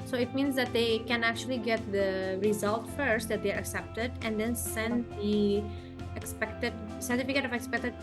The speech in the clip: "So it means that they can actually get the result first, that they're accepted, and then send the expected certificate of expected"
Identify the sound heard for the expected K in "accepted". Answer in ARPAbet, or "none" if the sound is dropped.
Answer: K